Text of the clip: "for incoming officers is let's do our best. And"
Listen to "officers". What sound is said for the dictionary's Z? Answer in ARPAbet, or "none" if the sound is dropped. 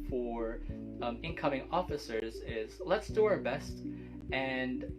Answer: Z